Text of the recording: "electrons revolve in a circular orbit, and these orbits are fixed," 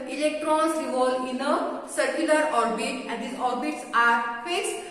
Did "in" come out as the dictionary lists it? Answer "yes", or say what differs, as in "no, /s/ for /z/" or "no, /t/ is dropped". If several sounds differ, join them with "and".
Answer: yes